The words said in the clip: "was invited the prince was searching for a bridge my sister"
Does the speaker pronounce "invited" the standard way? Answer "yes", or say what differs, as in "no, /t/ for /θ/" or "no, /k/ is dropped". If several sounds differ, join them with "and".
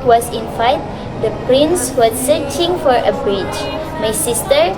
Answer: no, /f/ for /v/